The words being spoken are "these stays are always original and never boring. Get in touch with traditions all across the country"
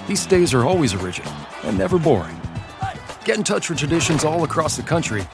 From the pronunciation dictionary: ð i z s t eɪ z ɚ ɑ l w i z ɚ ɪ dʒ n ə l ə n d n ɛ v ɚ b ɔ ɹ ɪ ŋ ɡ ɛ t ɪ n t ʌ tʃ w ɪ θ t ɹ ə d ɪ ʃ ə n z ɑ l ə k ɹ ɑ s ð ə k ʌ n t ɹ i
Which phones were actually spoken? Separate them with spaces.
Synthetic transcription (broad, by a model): ð i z s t eɪ z ɚ ɑ l w i z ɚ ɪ dʒ ə n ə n n ɛ v ɚ b ɔ ɹ ɪ ŋ ɡ ɛ t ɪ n t ʌ tʃ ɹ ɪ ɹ t ɹ ə d ɪ ʃ ə n z ɑ l ə k ɹ ɑ s ð ə k ʌ n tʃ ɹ i